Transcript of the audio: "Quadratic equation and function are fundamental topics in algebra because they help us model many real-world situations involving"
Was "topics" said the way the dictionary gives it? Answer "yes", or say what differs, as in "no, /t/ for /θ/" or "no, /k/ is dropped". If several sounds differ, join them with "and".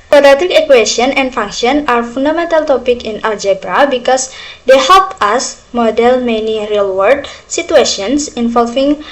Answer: no, /s/ is dropped